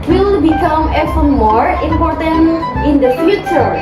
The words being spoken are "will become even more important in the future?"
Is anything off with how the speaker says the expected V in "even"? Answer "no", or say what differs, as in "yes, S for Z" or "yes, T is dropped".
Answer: yes, F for V